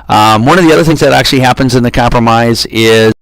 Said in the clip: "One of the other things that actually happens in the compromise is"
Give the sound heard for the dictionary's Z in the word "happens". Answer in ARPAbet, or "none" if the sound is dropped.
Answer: Z